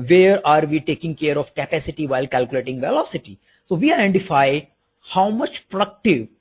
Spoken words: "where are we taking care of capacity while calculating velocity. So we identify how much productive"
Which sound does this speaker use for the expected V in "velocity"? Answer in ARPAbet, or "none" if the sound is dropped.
V